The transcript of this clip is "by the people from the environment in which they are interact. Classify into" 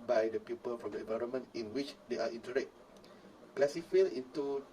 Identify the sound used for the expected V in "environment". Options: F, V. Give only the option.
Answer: V